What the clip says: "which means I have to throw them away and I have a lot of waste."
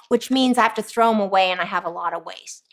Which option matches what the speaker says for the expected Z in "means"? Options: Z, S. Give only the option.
Z